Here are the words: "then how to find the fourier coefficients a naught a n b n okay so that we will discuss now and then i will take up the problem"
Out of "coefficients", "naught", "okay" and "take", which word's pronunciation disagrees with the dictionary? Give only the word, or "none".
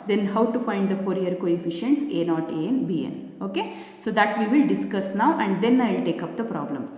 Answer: none